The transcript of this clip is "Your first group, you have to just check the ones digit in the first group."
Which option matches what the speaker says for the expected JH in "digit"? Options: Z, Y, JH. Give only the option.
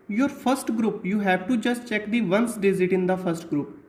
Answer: Z